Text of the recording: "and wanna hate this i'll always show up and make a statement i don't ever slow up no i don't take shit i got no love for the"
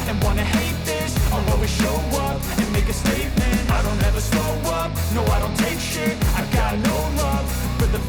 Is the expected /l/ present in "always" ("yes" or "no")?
no